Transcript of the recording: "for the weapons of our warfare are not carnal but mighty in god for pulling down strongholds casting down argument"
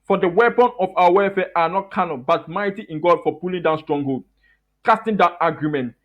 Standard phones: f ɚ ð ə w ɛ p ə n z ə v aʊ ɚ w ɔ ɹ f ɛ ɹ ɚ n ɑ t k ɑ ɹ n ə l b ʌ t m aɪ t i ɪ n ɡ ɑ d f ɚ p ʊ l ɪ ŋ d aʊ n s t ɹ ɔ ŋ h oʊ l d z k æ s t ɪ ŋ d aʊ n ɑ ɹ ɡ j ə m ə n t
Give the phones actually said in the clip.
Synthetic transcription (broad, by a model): f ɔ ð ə w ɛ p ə n ə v aʊ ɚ w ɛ f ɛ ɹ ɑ n ɑ t k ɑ n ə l b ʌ t m aɪ t i ɪ n ɡ ɑ d f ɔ p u l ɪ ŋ d aʊ n s t ɹ ɔ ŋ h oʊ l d k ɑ s t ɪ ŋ d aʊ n ɑ ɡ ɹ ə m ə n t